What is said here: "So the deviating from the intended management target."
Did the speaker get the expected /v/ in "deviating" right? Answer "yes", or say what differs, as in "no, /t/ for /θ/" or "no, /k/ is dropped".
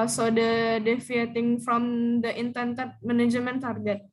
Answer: no, /f/ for /v/